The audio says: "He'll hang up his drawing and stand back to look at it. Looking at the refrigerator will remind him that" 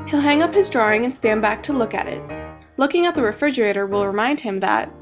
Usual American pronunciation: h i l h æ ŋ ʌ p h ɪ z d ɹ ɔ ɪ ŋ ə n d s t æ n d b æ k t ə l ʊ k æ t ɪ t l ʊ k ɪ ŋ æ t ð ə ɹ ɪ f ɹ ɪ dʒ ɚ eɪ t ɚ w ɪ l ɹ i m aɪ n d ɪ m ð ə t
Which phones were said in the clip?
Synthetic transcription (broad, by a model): h i l h æ ŋ ʌ p h ɪ z d ɹ ɔ ɪ ŋ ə n s t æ n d b æ k t ə l ʊ k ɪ t ɪ t l ʊ k ɪ ŋ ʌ t ð ə ɹ ɪ f ɹ ɪ dʒ ɚ eɪ t ɚ w ɪ l ɹ i m aɪ n d ɪ m ð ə t